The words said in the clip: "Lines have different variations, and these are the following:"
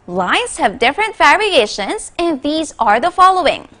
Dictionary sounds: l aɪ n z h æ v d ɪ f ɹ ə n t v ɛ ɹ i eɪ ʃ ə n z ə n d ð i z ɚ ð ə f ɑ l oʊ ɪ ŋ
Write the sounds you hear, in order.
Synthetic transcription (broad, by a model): l aɪ n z h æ v d ɪ f ɹ ə n t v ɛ ɹ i eɪ ʃ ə n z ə n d ð i z ɚ ð ə f ɑ l oʊ ɪ ŋ